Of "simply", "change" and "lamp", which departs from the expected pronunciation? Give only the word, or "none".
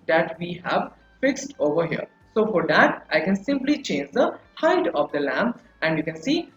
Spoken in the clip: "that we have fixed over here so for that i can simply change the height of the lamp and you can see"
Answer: lamp